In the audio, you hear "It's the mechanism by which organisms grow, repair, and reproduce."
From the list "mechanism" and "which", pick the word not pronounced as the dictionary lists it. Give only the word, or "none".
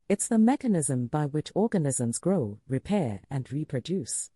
none